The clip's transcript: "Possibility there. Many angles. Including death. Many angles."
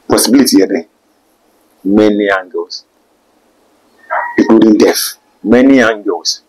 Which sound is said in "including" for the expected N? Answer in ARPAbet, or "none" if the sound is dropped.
none